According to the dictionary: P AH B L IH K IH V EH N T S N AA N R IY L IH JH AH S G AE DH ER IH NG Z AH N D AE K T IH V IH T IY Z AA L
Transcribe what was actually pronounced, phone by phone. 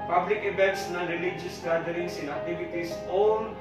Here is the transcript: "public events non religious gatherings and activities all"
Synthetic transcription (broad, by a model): P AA B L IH K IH B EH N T S N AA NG R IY L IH JH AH S G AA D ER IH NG S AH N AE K T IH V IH T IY S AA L